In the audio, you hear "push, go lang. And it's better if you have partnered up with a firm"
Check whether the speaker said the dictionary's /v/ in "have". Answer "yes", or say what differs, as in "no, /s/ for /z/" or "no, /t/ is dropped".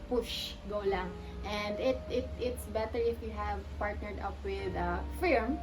yes